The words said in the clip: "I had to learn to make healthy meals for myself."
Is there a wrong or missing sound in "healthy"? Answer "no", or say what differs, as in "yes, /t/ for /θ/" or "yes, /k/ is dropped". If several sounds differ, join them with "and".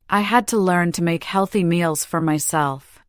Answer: no